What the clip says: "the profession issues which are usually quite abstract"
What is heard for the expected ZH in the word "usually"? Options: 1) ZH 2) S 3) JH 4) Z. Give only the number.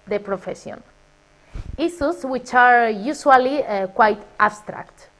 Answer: 2